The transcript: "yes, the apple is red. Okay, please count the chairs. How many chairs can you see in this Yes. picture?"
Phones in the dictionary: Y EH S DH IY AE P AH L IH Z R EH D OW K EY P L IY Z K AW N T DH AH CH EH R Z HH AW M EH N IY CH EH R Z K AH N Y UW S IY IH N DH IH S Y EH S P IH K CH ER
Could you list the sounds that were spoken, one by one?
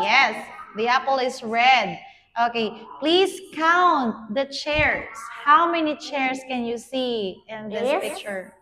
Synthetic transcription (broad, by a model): Y EH S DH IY AE P AH L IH S R EH D OW K EY P L IY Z K AW N T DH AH CH EH R S HH AW M EH N IY CH EH R S K AH N Y UW S IY IH N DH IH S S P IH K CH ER